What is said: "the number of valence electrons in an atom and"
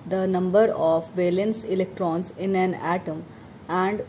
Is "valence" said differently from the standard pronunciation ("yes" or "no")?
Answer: no